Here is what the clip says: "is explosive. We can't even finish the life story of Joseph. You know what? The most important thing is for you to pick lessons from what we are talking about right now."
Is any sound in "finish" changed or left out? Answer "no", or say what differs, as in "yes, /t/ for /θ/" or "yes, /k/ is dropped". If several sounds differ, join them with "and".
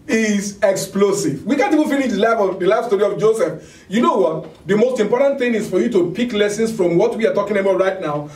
yes, /l/ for /n/